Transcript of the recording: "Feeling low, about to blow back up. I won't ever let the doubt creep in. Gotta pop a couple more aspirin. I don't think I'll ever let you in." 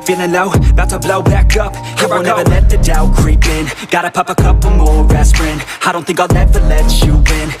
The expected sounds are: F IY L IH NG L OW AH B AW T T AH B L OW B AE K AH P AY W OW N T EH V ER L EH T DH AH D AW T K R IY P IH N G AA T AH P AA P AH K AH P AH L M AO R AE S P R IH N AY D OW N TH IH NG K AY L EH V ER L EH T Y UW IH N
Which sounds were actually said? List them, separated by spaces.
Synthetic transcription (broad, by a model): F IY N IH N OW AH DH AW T S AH B L OW B AE K AH P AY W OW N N EH V ER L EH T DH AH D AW K R IY P IH N G AA T AH P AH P AH K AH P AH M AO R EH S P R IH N AY D OW N TH IH NG K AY N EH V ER L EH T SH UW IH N